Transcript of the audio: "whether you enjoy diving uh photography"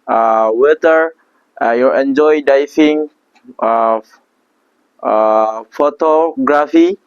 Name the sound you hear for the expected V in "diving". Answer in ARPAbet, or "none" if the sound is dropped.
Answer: F